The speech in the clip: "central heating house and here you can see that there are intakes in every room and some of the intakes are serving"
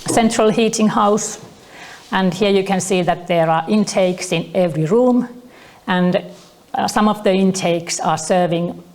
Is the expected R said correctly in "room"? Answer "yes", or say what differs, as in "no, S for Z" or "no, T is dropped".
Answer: yes